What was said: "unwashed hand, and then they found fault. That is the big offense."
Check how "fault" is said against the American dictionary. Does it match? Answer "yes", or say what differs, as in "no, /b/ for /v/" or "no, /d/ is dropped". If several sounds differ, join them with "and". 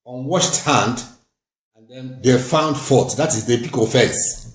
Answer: no, /l/ is dropped